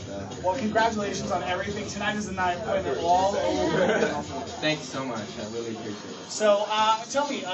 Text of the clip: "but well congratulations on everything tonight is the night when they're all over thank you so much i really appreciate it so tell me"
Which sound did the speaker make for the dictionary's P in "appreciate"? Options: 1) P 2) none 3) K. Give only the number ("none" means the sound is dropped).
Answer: 2